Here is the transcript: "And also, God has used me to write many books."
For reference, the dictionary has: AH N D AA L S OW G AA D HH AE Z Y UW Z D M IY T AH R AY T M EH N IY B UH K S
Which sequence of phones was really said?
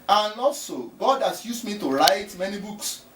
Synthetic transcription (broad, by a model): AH N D AA L S OW G AA D HH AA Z Y UW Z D M IY T AH R AY T M EH N IY B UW K S